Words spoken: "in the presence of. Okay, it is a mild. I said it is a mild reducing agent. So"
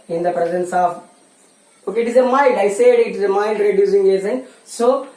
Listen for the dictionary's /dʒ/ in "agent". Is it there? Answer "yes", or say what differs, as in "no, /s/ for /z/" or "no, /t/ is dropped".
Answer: no, /z/ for /dʒ/